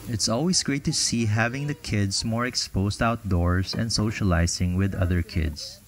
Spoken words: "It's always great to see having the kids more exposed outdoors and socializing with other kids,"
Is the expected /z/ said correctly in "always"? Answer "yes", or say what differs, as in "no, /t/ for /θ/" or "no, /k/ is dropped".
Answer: no, /s/ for /z/